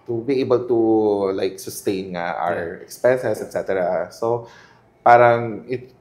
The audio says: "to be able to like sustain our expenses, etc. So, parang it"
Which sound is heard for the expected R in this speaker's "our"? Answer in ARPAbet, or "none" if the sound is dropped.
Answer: R